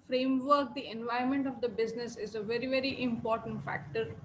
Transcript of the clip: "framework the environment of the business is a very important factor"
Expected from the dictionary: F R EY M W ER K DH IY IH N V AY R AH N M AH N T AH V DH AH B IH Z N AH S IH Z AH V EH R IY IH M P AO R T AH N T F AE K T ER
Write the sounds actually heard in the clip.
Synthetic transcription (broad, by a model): F R EY M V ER K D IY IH N V AY AH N M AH N T AH V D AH B IH Z N AH S IH Z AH V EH R IY IH M P AO R T AH N T F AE K T ER